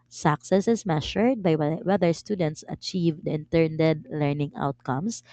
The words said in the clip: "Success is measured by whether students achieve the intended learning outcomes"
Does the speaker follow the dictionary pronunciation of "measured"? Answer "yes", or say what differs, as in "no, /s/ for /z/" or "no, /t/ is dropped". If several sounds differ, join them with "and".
no, /ʃ/ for /ʒ/